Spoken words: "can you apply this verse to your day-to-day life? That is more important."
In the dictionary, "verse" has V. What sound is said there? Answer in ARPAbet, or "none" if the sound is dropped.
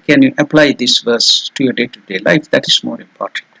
V